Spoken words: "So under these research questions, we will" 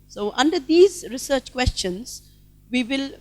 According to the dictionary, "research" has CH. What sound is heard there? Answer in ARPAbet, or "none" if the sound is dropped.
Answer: CH